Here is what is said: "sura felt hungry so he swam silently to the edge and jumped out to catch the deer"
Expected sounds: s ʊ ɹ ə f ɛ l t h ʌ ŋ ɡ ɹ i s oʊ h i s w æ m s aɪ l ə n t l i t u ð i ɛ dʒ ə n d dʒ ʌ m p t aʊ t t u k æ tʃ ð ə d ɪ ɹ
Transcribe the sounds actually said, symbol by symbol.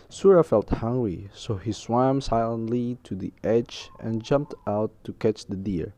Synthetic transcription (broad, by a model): s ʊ ɹ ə f ɛ l t h ʌ ŋ ɡ ɹ i s oʊ h i s w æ m s aɪ l ə n t l i t u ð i ɛ dʒ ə n dʒ ʌ m p t aʊ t t u k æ tʃ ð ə d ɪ ɹ